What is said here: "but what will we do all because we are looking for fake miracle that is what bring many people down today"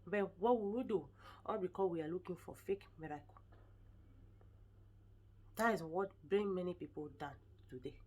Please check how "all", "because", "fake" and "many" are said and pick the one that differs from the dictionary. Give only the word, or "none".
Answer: because